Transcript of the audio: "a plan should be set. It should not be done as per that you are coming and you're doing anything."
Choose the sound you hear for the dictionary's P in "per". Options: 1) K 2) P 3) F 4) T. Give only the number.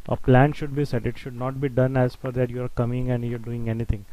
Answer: 3